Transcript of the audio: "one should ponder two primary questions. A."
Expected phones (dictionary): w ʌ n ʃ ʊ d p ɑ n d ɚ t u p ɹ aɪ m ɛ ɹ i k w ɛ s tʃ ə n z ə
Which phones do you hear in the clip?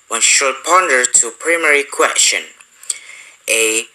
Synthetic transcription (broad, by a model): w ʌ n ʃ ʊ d p ɑ n d ɚ t u p ɹ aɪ m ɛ ɹ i k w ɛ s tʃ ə n ə